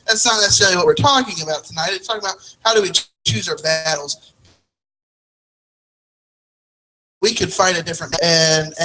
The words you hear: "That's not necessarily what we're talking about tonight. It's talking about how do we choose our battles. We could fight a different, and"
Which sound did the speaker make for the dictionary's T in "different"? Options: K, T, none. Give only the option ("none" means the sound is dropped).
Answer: none